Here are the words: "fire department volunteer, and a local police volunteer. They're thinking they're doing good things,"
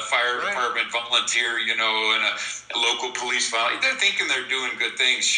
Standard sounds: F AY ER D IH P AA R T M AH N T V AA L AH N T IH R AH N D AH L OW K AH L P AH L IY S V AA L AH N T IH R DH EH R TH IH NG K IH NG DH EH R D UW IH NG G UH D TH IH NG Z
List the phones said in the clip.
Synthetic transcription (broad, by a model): F AY ER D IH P AA R T M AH N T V AA L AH N T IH R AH N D AH L OW K L P AH L IY S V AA AH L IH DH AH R TH IH NG K IH NG DH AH R D UW IH NG G UH D TH IH NG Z